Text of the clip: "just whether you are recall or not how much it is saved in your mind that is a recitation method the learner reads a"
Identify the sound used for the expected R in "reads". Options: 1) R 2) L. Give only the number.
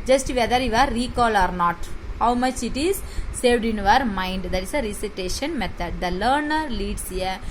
2